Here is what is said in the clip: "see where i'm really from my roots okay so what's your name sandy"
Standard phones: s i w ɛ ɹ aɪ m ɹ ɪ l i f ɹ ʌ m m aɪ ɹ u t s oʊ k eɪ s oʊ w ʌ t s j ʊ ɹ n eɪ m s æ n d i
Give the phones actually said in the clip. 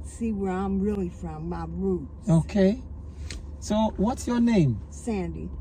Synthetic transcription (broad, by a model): s i w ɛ ɹ aɪ m ɹ ɪ l i f ɹ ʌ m m aɪ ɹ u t oʊ k eɪ s oʊ w ʌ t s j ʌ ɹ n eɪ m s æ n d i